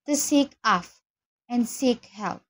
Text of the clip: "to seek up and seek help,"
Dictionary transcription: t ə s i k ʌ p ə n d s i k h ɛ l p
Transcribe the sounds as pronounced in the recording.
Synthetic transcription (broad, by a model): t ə s i k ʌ f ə n s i k h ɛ l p